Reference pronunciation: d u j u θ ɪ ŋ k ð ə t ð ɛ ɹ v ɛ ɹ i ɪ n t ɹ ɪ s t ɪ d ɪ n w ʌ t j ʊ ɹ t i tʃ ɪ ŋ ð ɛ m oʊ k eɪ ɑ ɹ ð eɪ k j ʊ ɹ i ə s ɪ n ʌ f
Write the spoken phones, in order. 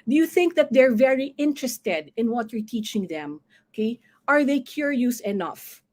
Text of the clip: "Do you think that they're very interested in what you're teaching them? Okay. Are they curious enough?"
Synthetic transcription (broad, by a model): d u j u θ ɪ ŋ k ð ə t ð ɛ ɹ v ɛ ɹ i ɪ n t ɹ ɪ s t ɪ d ɪ n w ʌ t j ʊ ɹ t i tʃ ɪ ŋ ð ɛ m oʊ k eɪ ɑ ɹ ð eɪ k j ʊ ɹ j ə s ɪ n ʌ f